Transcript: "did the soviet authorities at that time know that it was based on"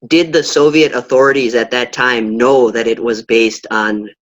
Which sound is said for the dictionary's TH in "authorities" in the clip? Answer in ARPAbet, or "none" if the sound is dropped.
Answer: TH